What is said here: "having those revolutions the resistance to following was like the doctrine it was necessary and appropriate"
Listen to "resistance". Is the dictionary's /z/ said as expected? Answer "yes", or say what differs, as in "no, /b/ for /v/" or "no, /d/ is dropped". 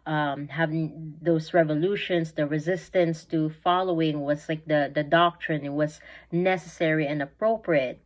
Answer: yes